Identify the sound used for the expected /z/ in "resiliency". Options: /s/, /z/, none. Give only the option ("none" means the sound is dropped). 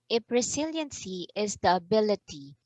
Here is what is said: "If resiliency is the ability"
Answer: /s/